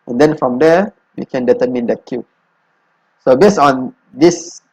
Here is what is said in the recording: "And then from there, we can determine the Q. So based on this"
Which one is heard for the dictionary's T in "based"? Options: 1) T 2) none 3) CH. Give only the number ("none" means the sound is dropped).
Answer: 2